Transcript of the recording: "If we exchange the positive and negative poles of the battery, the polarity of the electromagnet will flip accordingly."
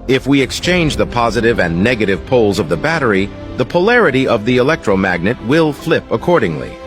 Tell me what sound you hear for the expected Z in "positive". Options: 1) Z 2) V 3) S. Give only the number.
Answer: 1